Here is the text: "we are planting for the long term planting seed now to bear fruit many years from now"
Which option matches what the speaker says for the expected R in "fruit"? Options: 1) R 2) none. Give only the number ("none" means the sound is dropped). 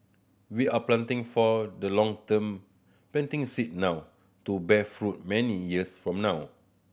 1